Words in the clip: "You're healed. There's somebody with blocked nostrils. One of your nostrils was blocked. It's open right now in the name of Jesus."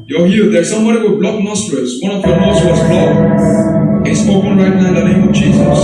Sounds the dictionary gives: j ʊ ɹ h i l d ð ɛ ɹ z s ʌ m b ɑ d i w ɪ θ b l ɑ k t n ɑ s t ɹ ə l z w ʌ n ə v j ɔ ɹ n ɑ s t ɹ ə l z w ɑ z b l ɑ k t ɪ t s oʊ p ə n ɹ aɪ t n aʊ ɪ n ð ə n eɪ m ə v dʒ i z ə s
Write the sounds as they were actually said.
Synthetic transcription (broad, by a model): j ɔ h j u d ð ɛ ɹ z s ʌ m b ɑ d i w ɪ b l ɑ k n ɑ s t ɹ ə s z w ʌ n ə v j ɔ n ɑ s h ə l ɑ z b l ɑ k ɪ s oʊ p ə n ɹ aɪ t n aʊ ɪ n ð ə n eɪ m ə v dʒ i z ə s